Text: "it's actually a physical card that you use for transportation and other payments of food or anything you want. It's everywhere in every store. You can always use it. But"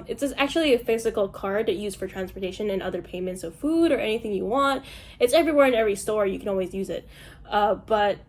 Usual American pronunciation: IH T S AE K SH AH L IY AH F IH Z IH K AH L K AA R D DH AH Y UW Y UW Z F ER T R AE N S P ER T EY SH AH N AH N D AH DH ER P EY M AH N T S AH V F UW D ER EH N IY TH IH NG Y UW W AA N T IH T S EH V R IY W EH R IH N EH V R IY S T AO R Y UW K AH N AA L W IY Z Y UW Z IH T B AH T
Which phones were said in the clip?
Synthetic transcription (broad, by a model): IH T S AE K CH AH L IY AH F IH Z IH K L K AA R D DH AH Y Y UW Z F ER T R AE N S P ER T EY SH AH N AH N AH DH ER P EY M AH N T S AH V F UW D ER EH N IY TH IH NG Y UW W AA N T IH T S EH V R IY W EH R IH N EH V R IY S T AO R Y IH K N AA L W IY Z Y UW Z IH T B AH T